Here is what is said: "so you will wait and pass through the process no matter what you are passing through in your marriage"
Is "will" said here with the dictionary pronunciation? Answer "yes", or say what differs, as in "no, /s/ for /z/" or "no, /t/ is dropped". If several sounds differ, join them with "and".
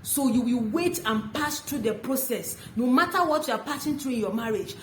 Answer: yes